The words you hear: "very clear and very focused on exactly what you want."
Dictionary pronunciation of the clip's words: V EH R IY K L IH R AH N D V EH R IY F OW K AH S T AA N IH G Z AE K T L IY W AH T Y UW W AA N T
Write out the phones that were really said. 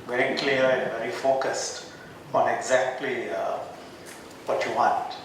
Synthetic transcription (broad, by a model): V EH R IY K L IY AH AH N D V EH R IY F OW K AH S T AA N IH G Z AE K T L IY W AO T Y UW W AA N T